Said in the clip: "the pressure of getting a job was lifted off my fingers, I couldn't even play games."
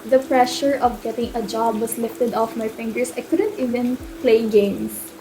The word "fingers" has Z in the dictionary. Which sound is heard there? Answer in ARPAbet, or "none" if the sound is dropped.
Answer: S